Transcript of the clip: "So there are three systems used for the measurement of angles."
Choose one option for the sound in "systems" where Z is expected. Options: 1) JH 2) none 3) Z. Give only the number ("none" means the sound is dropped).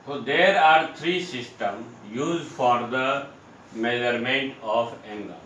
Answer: 2